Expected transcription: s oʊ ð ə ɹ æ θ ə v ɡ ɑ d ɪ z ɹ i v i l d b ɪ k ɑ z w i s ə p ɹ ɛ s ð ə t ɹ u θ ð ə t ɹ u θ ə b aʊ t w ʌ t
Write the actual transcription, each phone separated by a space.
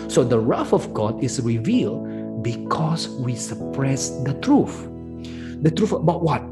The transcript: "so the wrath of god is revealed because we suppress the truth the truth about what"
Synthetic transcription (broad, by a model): s oʊ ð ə ɹ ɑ f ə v ɡ ɑ d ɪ s ɹ i v i l d b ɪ k ɑ s w i s ə p ɹ ɛ s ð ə t ɹ u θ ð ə t ɹ u f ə b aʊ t w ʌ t